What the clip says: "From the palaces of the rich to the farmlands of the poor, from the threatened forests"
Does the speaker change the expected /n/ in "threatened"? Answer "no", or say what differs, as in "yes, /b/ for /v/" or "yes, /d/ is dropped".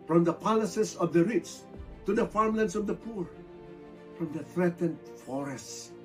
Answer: no